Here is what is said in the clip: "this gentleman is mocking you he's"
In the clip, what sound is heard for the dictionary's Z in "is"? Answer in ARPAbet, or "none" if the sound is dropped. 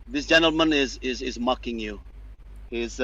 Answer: Z